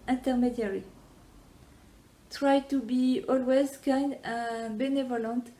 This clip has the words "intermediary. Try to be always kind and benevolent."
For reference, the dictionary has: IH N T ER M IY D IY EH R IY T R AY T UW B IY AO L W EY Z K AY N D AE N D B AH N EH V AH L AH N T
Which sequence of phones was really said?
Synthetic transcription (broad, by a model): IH N T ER M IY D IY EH R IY T R AY T UW B IY AO L W EY Z K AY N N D B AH N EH V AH L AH N T